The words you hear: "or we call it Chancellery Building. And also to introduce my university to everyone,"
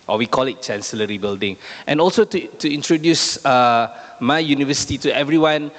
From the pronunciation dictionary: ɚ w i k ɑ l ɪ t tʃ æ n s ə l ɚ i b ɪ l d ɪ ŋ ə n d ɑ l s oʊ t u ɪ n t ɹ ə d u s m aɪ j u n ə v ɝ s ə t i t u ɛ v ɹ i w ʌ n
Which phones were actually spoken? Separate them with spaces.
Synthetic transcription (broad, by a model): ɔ w i k ɑ l ɪ t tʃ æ n s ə l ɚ i b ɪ l d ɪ ŋ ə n ɑ l s oʊ t u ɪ n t ɹ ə d u s m aɪ j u n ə v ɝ s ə t i t u ɛ v ɹ i w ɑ n